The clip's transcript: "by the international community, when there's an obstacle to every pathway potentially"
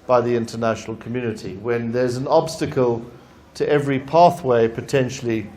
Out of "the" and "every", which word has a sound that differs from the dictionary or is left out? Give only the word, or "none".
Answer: none